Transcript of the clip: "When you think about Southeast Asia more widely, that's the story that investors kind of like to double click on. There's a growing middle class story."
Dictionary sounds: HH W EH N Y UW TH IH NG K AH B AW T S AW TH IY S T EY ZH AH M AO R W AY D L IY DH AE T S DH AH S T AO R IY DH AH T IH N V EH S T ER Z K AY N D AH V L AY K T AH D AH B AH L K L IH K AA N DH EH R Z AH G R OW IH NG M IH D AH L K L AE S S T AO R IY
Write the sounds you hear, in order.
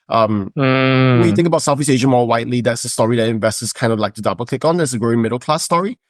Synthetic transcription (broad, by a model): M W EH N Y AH TH IH NG K AH B AW T S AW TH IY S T EY ZH AH M AO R W AY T L IY DH AE T S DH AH S T AO R IY DH AH T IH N V EH S T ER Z K AY N D AH V L AY K T AH D AH B AH L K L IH K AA N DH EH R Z AH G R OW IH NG M IH D L K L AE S S T AO R IY